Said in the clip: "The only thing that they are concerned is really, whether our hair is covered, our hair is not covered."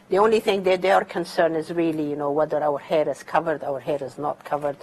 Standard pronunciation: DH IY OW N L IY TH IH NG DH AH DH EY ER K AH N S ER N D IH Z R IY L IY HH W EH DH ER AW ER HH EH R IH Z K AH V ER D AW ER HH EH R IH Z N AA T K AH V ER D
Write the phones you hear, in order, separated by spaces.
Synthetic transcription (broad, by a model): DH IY OW N L IY TH IH NG DH AH DH EY ER K AH N S ER N D IH Z R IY L IY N W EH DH ER AW ER HH EH R IH Z K AH V ER D AW ER HH EH R IH Z N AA T K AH V ER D